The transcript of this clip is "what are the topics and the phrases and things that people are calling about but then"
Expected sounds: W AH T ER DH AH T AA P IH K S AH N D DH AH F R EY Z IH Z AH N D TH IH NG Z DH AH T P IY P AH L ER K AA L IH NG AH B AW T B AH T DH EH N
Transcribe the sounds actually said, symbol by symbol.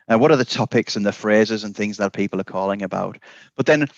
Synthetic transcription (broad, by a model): W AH T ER DH AH T AA P IH K S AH N DH AH F R EY Z IH Z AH N TH IH NG Z DH AH T P IY P AH L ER K AA L IH NG AH B AW T B AH T DH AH N